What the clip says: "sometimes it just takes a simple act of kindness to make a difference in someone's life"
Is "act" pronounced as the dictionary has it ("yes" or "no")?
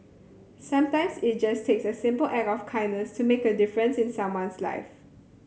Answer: no